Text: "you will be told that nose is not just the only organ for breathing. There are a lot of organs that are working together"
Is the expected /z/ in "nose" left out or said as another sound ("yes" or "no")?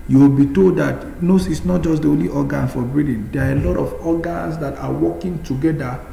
yes